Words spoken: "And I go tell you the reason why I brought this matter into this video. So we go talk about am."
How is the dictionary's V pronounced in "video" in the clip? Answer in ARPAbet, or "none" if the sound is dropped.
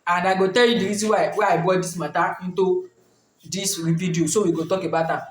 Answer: P